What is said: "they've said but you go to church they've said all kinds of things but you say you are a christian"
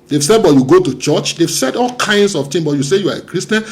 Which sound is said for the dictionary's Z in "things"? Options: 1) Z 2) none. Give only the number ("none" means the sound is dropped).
2